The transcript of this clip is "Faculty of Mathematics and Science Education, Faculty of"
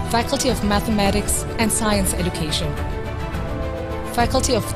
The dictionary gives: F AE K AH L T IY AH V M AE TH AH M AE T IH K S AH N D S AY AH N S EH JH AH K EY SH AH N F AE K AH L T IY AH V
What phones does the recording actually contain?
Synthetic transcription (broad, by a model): F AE K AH L T IY AH V M AE TH AH M AE T IH K S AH N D S AY AH N S EH JH AH K EY SH AH N F AE K AH L T IY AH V